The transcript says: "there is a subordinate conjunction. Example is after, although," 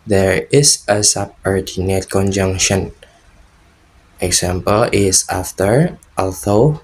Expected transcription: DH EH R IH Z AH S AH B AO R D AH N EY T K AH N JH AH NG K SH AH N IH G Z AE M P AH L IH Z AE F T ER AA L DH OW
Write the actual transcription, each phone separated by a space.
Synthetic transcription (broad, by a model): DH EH R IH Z AH S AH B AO R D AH N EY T K AH N JH AH NG K SH AH N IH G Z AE M P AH L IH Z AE F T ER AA L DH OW